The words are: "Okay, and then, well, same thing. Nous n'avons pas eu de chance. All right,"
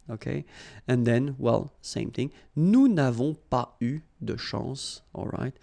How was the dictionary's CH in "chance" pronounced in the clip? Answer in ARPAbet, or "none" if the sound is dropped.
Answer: SH